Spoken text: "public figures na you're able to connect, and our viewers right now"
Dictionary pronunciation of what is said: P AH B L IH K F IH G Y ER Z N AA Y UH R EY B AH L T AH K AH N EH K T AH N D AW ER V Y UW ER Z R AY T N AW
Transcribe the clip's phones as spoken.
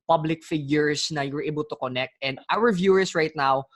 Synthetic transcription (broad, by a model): P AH B L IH K F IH G Y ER S N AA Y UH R EY B AH L T AH K AH N EH K T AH N D AW ER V Y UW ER S R AY T N AW